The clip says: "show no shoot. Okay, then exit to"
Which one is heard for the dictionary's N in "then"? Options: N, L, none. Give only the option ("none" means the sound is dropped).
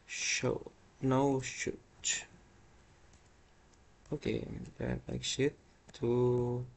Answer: L